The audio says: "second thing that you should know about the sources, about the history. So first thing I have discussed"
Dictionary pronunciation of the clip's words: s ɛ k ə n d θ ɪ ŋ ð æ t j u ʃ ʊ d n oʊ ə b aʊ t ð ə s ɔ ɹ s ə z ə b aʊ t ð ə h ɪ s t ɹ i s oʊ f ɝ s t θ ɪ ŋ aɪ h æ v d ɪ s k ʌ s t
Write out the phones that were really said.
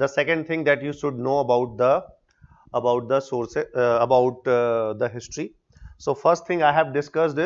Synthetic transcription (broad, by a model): s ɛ k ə n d t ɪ ŋ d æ t j u ʃ ʊ d n oʊ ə b aʊ t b ə s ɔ ɹ s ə ə b aʊ t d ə h ɪ s t ɹ i s oʊ f ɝ s t t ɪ ŋ aɪ h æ v d ɪ s k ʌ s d